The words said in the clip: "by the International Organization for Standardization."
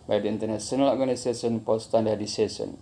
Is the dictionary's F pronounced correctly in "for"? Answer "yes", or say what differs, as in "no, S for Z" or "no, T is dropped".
no, P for F